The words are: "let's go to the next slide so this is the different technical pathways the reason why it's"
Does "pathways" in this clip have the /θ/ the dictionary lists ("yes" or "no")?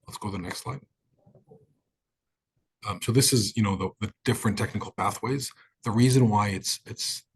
yes